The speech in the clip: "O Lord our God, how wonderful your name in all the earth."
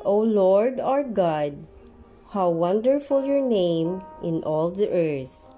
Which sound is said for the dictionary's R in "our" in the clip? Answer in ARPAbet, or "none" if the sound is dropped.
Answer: R